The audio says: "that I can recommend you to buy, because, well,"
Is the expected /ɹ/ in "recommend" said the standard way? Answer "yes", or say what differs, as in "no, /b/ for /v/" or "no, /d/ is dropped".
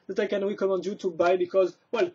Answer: no, /w/ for /ɹ/